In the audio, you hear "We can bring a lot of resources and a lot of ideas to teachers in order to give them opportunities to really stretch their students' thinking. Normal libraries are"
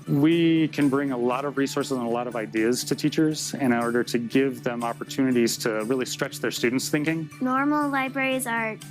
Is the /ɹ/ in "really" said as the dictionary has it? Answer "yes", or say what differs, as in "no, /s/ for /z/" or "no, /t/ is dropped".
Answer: yes